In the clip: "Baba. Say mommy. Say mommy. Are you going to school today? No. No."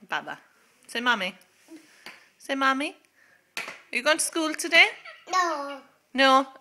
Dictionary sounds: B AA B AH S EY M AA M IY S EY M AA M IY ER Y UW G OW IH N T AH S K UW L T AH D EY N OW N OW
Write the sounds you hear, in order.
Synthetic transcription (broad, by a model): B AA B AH S EY M AA M IY S EY M AA M IY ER Y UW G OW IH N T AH S K UW L T AH D EY N OW N OW